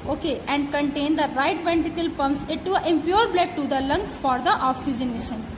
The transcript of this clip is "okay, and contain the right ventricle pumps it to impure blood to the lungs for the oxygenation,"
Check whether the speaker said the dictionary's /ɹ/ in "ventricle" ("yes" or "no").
no